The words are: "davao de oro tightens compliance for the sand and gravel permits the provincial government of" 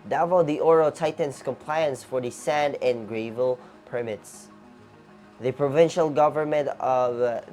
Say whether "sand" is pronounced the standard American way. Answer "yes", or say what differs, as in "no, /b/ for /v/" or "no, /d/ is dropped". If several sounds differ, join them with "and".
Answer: yes